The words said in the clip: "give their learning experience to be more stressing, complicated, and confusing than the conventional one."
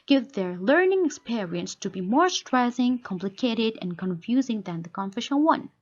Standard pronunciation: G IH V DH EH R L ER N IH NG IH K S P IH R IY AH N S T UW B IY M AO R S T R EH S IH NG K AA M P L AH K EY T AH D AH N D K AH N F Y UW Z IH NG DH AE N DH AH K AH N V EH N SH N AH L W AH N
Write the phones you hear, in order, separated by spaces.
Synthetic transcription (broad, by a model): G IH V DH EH R L ER N IH NG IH K S P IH R IY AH N S T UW B IY M AO R S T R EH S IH NG K AA M P L AH K EY T AH D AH N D K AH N F Y UW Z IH NG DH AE N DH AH K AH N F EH SH AH N W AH N